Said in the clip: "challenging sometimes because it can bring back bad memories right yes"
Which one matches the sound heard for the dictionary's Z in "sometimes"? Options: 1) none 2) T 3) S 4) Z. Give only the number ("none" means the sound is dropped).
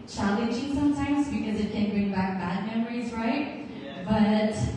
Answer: 4